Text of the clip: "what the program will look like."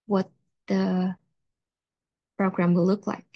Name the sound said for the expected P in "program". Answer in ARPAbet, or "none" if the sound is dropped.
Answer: P